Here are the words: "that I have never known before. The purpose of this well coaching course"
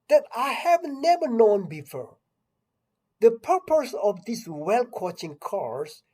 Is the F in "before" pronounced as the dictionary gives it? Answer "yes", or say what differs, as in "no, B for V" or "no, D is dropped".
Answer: yes